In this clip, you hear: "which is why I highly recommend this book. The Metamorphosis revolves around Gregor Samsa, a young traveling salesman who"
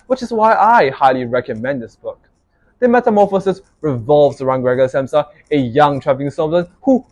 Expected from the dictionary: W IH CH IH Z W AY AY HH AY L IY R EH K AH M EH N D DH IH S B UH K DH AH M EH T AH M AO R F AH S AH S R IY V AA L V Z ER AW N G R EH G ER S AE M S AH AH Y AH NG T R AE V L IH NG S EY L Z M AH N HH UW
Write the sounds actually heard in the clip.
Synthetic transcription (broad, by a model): W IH CH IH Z W AY AY HH AY L IY R EH K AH M EH N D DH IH S B UH K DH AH M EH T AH M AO F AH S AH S R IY V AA L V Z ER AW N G R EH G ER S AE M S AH AH Y AH NG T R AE V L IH NG S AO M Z AH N HH UW